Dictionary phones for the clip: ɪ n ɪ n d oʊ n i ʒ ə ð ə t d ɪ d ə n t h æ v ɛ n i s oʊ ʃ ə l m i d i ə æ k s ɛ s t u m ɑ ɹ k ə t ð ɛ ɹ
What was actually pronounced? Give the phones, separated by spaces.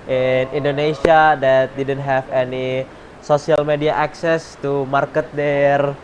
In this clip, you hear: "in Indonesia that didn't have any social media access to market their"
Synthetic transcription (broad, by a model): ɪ n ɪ n d oʊ n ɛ s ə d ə t d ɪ d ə n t h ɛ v ɛ n i s oʊ s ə l m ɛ d i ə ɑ k s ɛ s t u m ɑ ɹ k ə t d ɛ ɹ